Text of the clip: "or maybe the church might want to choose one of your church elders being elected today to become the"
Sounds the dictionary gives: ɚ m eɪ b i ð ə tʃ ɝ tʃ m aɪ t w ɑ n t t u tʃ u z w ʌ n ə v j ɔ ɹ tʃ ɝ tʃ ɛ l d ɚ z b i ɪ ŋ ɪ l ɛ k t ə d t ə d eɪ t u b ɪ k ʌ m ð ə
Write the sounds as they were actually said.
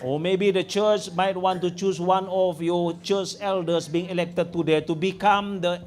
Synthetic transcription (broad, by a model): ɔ m eɪ b i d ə tʃ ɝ tʃ m aɪ t w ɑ n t t u tʃ u s w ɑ n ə f j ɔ tʃ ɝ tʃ ɛ l d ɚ s b i ɪ ŋ ɪ l ɛ k t ə d t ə d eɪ t u b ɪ k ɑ m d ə